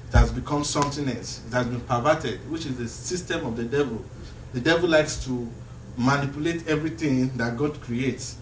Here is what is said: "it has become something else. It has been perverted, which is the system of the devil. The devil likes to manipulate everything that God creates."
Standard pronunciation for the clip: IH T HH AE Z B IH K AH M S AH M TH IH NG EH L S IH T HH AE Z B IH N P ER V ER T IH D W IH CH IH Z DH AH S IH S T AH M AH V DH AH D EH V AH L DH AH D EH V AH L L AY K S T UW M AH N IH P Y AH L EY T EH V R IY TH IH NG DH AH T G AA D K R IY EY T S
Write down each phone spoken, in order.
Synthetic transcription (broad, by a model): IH T HH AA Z B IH K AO M S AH M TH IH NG EH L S IH T HH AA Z B IH N P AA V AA T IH D W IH CH IH Z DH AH S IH S T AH M AH V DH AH D EH V AH L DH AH D EH V AH L L AY K S T UW M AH N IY P Y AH L EY T EH V R IY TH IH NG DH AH T G AA D K R IY EY T S